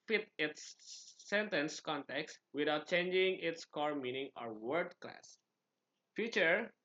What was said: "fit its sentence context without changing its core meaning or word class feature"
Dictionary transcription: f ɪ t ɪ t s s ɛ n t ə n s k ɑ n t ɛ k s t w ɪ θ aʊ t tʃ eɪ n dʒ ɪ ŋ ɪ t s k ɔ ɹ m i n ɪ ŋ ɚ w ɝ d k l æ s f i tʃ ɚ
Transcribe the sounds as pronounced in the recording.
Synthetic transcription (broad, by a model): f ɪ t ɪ t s s ɛ n t ə n s k ɑ n t ɛ k s t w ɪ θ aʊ t tʃ eɪ n dʒ ɪ ŋ ɪ t s k ɔ ɹ m i n ɪ ŋ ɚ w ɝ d k l æ s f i tʃ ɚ